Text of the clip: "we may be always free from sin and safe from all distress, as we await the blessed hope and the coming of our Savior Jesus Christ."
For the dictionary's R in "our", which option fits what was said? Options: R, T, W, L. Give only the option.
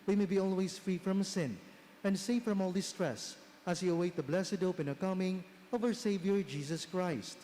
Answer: W